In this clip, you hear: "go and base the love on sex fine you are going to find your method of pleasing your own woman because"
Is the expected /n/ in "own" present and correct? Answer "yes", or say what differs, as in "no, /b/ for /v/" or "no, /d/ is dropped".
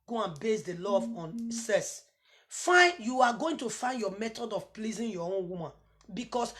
yes